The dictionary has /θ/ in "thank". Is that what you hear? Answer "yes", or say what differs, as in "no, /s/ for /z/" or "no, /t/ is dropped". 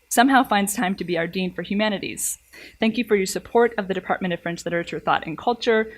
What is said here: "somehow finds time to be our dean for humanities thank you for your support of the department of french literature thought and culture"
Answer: yes